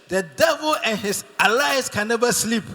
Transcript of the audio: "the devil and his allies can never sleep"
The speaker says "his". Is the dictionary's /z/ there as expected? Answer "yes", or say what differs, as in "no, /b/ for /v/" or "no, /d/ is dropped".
no, /s/ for /z/